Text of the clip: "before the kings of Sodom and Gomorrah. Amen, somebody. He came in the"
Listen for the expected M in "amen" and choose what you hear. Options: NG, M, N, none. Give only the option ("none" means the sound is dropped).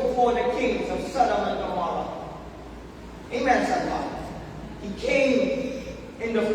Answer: M